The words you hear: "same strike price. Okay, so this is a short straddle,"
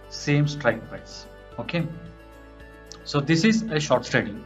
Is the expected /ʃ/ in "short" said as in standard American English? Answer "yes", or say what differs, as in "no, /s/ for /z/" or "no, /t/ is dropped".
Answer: yes